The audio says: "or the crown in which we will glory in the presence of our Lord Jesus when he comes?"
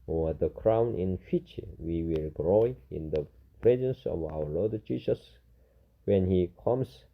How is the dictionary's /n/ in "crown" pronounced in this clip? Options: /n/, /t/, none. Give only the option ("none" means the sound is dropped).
/n/